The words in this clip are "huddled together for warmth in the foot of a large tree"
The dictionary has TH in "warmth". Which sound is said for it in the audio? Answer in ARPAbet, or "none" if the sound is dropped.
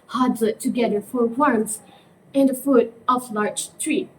S